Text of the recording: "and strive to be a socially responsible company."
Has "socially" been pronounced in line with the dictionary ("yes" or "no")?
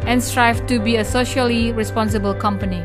yes